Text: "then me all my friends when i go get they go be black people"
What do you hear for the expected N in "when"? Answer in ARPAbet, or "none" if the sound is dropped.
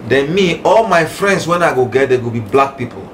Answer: N